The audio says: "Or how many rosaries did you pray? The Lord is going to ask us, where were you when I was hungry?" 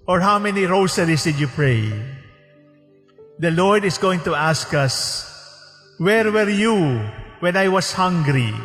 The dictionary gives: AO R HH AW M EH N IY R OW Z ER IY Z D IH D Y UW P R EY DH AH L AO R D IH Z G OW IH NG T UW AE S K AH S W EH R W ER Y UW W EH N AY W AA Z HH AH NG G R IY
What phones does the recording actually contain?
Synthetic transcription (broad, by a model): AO R HH AW M EH N IY R OW S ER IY S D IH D Y UW P R EY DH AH L AO R D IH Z G OW IH NG T UW AE S K AH S W EH R W ER Y UW W EH N AY W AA S HH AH NG G R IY